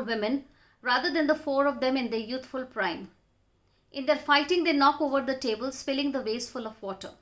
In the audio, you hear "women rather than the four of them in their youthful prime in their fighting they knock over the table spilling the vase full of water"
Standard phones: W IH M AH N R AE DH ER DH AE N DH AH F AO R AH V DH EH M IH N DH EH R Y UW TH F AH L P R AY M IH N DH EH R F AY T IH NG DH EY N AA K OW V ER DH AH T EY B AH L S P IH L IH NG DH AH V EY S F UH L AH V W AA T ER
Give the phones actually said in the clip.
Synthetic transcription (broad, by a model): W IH M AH N R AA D ER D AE N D AH F AO R AH V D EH M IH N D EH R Y UW T F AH L P R AY M IH N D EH R F AY T IH NG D EY N AA K OW V ER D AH T EY B AH L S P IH L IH NG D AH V EY S F UH L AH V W AA T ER